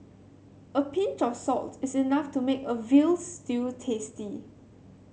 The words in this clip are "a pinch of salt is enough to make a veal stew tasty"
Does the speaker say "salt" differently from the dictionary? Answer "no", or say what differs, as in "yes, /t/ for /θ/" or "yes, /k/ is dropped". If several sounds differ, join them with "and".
no